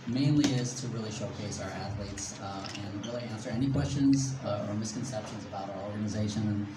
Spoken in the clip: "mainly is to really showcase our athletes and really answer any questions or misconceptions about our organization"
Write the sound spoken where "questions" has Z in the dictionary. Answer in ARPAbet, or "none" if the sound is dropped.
Z